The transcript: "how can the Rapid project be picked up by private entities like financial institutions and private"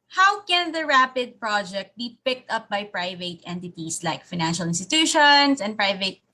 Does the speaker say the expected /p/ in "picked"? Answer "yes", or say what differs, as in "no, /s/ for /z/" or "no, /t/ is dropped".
yes